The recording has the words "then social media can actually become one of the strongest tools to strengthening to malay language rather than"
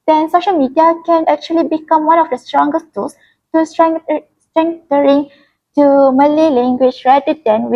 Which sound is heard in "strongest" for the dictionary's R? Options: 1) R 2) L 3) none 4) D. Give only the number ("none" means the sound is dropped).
1